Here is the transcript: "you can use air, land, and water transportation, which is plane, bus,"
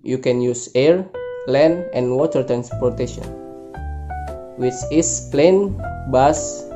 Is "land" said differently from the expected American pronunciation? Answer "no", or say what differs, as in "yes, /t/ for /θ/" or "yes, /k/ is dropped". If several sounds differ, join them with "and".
yes, /d/ is dropped